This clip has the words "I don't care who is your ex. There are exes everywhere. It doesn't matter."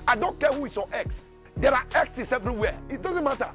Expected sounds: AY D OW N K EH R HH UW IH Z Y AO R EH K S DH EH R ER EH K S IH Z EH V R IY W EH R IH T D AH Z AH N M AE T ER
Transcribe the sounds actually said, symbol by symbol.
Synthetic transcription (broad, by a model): AY D OW N K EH HH UW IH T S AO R EH K S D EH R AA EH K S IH S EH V R IY W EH IH T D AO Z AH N M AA T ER